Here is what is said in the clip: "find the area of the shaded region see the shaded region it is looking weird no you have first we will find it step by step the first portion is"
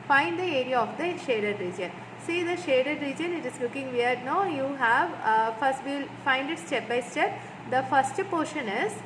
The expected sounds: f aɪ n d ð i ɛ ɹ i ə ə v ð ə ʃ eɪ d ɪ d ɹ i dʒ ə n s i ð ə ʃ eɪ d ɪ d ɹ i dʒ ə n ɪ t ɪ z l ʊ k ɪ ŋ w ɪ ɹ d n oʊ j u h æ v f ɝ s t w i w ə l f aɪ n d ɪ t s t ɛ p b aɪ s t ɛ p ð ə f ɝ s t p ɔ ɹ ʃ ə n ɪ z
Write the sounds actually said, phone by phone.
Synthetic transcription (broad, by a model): f aɪ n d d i ɛ ɹ i ə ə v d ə ʃ eɪ d ɪ d ɹ i dʒ ə n s i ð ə ʃ eɪ d ɪ d ɹ i dʒ ə n ɪ t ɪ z l ʊ k ɪ ŋ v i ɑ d n oʊ j u h æ v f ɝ s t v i l f aɪ n d ɪ t s t ɛ p b aɪ s t ɛ p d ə f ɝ s t p ɔ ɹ ʃ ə n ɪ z